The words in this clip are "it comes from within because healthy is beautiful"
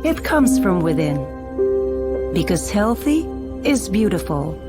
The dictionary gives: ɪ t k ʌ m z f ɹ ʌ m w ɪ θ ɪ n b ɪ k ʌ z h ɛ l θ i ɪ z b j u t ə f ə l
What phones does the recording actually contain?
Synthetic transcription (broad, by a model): ɪ t k ʌ m z f ɹ ʌ m w ɪ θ ɪ n b ɪ k ʌ z h ɛ l θ i ɪ z b j u t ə f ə l